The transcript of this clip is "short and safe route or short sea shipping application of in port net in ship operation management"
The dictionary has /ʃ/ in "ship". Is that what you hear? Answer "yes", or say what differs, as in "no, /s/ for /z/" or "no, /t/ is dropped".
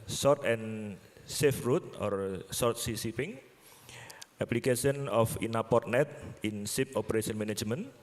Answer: no, /s/ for /ʃ/